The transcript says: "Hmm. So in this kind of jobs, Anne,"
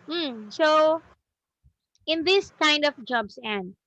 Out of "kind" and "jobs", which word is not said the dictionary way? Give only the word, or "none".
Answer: jobs